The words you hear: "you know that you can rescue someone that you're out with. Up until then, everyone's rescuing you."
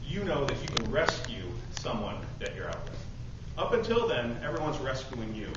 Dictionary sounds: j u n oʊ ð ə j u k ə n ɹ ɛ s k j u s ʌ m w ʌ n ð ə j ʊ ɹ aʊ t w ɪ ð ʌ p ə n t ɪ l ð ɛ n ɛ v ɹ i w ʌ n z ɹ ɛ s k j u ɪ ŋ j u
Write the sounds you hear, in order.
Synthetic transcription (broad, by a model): j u n oʊ ð ə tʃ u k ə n ɹ ɛ s k j u s ʌ m w ʌ n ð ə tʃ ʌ ɹ aʊ t w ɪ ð ʌ p ə n t ɪ l ð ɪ n ɛ v ɹ i w ʌ n z ɹ ɛ s k j u ɪ ŋ j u